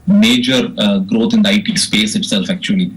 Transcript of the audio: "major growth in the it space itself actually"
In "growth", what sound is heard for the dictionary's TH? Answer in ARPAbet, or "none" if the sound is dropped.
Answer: T